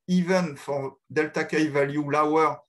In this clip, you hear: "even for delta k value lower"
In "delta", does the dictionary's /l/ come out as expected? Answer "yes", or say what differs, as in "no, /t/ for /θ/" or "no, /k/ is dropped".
yes